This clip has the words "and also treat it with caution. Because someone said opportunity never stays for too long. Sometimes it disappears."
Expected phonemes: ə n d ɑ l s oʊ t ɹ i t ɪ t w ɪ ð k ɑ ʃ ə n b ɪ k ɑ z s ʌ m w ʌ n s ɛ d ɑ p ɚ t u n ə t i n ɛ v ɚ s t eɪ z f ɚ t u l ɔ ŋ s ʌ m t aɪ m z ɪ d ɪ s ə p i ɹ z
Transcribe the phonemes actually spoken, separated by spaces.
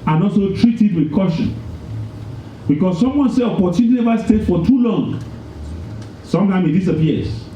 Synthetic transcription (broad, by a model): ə n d ɑ l s oʊ t ɹ i t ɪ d w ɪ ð k ɑ ʃ ə n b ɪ k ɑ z s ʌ m w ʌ n s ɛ ɑ p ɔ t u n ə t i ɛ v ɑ s t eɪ s f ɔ t u l ɔ ŋ s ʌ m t aɪ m ɪ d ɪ s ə p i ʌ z